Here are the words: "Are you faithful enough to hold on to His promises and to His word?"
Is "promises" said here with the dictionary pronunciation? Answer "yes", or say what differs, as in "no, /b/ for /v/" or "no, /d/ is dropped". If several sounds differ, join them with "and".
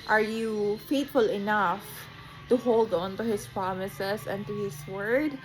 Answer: no, /s/ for /z/